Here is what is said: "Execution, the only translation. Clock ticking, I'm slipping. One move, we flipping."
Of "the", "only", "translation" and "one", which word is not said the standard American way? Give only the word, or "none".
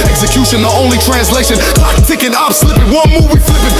none